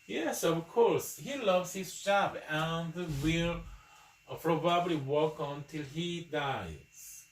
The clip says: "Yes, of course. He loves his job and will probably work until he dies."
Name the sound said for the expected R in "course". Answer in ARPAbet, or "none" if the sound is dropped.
R